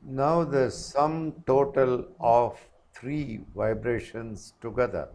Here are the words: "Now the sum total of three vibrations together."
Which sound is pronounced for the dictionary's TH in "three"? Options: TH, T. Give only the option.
T